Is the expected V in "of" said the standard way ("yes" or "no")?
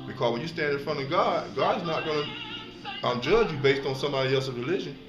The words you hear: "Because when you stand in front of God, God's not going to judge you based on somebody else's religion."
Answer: yes